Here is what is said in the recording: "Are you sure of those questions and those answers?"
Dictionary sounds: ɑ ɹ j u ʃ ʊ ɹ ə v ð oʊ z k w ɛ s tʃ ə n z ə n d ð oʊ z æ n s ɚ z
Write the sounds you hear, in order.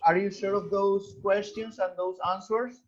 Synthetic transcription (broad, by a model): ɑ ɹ j u s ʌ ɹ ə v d oʊ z k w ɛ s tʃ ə n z ə n d oʊ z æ n s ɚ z